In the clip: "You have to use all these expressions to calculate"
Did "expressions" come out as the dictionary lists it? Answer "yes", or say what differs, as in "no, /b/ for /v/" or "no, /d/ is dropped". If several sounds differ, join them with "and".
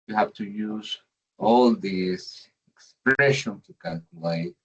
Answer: no, /z/ is dropped